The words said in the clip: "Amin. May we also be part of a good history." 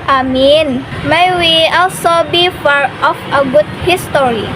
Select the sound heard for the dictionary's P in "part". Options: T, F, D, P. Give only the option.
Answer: F